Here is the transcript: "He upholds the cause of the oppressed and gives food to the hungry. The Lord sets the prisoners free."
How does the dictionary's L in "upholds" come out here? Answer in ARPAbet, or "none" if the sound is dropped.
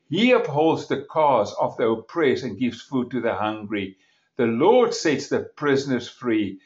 L